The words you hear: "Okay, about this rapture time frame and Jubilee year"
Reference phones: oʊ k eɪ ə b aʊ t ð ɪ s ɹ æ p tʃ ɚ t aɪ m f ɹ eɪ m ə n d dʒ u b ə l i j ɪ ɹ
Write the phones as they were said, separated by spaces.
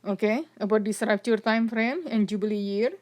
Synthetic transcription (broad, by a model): oʊ k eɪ ə b aʊ t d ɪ s ɹ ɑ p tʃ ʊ t aɪ m f ɹ eɪ m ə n dʒ u b ə l i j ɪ ɹ